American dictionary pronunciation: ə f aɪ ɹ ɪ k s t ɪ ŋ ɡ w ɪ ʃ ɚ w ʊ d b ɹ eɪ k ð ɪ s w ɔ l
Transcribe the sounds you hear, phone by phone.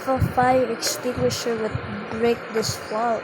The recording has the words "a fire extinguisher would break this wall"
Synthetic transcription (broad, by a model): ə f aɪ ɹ ɪ k s t ɪ ŋ ɡ w ɪ ʃ ɚ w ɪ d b ɹ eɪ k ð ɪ s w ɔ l